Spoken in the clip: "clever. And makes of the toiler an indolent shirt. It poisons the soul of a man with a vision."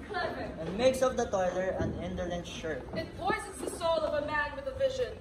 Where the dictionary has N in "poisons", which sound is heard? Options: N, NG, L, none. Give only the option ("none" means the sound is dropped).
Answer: none